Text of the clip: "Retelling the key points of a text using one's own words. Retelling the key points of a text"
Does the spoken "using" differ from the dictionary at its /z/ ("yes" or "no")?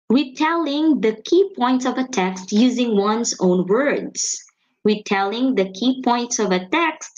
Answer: no